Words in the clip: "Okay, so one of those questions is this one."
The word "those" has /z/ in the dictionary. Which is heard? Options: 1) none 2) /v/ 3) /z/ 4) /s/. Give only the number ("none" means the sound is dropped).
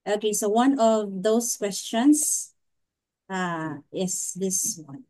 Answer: 4